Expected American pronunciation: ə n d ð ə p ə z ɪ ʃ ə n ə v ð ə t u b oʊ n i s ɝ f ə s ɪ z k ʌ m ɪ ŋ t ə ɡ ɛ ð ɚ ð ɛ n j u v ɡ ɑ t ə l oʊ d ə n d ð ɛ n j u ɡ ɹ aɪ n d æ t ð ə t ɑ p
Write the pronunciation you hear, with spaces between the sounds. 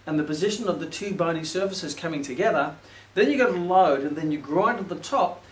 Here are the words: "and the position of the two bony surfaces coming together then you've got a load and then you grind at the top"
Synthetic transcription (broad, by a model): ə n ð ə p ə z ɪ ʃ ə n ə v ð ə t u b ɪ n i s ɝ f ə s ɪ z k ʌ m ɪ ŋ t ə ɡ ɛ ð ɚ ð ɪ n j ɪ ɡ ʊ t ə l oʊ d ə n ð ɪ n j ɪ ɡ ɹ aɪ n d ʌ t ð ə t ɑ p